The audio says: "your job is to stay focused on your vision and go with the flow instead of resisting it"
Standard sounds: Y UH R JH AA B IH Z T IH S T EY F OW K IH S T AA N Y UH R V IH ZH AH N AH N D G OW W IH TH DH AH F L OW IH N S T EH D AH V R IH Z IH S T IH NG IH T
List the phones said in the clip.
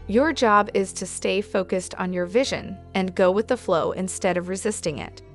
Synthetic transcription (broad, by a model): Y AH R JH AA B IH Z T IH S T EY F OW K IH S T N Y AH R V IH ZH AH N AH N G OW W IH DH AH F L OW IH N S T EH D AH V R IH Z IH S T IH NG IH T